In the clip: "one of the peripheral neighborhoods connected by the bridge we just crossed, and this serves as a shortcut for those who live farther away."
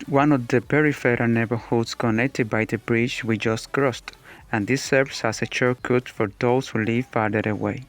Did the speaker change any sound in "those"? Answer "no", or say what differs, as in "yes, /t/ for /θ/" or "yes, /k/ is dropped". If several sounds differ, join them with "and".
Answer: yes, /s/ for /z/